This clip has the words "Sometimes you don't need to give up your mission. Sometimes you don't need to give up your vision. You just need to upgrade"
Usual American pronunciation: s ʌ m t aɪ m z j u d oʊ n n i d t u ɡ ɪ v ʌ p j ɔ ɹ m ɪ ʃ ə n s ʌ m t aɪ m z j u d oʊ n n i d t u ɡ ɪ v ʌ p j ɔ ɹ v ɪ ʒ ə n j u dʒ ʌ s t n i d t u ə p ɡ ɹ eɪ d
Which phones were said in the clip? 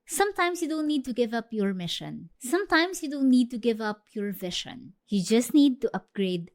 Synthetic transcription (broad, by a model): s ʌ m t aɪ m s j u d oʊ n n i d t u ɡ ɪ v ʌ p j ɔ ɹ m ɪ ʃ ə n s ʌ m t aɪ m s j u d oʊ n n i d t u ɡ ɪ v ʌ p j ɔ ɹ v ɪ ʃ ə n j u dʒ ʌ s t n i d t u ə p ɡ ɹ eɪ d